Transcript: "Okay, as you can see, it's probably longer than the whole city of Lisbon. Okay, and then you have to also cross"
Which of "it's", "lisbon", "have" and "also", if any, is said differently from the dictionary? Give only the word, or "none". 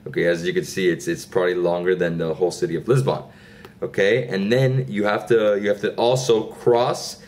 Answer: have